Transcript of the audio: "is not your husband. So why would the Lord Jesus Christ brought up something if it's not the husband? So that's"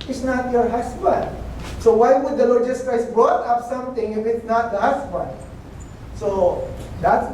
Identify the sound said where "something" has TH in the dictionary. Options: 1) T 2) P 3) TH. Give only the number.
1